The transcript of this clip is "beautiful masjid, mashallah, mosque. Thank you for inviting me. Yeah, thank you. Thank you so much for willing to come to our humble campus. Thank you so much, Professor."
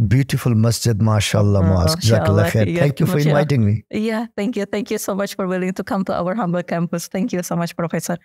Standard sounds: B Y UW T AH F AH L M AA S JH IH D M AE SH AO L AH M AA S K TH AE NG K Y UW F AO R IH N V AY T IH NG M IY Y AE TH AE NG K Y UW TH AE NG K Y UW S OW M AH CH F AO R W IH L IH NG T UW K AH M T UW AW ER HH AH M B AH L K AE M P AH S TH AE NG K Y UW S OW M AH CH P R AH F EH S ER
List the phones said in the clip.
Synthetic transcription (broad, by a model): B Y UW T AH F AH L M AA S JH IH D M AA SH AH L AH M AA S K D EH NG K Y UW F AO R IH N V AY T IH NG M IY Y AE T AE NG K Y UW T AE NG K Y UW S OW M AH CH F AO R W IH L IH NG T UW K AH M T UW AW ER HH AH M B AH L K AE M P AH S T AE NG K Y UW S OW M AH CH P R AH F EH S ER